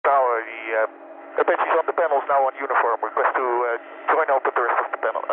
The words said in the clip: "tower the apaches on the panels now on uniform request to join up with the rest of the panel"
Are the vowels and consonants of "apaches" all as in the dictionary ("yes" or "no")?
no